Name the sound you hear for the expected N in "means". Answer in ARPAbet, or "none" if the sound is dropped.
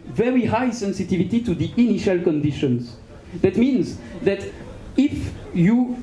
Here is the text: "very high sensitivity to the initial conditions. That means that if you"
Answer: N